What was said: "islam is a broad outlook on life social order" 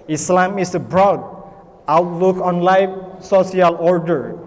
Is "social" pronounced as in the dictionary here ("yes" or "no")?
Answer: no